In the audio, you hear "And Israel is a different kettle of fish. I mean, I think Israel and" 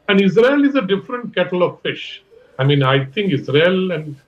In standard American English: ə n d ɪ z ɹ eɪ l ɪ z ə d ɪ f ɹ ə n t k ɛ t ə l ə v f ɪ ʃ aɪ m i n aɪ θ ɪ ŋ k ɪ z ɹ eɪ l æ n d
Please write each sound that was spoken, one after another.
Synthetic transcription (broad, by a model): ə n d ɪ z ɹ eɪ l ɪ z ə d ɪ f ɹ ə n t k ɛ t ə l ə v f ɪ ʃ aɪ m i n aɪ t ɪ ŋ k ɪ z ɹ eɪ l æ n d